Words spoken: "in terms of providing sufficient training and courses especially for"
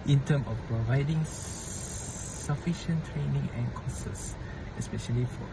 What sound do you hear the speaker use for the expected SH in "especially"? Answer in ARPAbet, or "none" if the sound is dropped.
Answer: SH